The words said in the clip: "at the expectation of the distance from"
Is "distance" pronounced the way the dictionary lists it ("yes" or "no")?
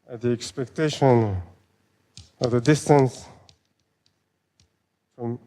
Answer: yes